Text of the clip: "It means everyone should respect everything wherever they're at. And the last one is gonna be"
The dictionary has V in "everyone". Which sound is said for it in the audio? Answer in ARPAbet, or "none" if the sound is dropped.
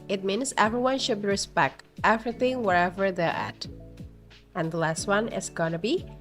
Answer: V